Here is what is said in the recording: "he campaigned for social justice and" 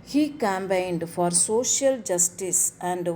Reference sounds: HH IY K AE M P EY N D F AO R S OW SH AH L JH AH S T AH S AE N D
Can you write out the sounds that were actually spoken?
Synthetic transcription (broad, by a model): HH IY K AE M B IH N D F AO R S OW SH AH L JH AH S T AH S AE N D